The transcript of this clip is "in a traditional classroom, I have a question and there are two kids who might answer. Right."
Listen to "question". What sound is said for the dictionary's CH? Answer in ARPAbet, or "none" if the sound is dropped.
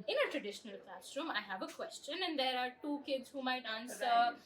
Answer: CH